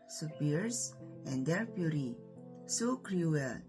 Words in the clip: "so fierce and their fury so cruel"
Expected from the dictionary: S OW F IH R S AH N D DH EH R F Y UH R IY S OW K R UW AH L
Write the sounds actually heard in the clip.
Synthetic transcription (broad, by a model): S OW P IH R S AH N D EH R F Y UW R IY S OW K R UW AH L